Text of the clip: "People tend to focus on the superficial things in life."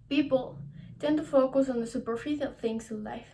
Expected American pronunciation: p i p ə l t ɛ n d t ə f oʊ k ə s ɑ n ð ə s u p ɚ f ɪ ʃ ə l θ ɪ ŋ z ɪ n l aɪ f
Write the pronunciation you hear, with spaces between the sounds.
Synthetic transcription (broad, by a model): p i p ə l t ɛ n t ə f oʊ k ə s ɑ n ð ə s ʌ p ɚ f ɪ ə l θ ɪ ŋ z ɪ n l aɪ f